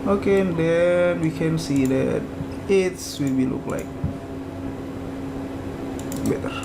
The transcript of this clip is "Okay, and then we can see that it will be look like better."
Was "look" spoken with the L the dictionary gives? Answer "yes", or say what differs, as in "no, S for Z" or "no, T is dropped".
yes